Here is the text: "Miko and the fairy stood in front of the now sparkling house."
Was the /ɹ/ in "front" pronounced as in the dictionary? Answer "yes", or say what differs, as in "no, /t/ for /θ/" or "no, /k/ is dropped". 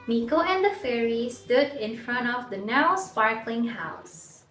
yes